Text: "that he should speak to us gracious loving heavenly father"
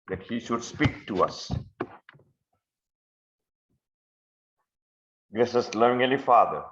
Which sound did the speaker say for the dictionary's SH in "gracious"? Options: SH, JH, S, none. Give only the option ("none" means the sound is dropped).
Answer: S